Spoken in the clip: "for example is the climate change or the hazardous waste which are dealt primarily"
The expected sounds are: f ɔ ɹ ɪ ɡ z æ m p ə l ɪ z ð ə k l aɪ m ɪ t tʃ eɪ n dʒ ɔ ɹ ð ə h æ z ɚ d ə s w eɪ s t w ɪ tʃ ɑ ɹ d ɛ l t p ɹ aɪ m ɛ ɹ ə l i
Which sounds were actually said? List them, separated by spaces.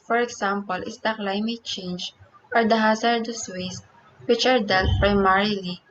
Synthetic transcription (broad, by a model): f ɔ ɹ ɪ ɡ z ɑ m p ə l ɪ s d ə k l aɪ m ɪ t tʃ eɪ n dʒ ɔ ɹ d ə h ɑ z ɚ d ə s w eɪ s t w ɪ tʃ ɑ ɹ d ɛ l t p ɹ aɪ m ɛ ɹ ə l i